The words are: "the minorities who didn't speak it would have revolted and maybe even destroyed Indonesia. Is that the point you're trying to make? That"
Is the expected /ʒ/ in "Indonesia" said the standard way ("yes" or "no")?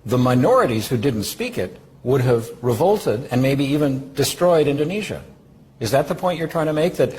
yes